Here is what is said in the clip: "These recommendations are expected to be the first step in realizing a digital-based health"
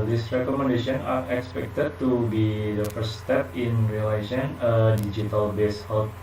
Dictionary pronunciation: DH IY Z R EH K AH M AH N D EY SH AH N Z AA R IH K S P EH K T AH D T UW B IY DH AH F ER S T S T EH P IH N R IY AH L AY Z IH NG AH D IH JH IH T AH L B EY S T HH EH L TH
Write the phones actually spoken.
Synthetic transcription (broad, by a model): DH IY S R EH K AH M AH N D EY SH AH N AA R IH K S P EH K T AH D T UW B IY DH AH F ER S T S T EH P IH N R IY L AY S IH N AH D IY JH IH T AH L B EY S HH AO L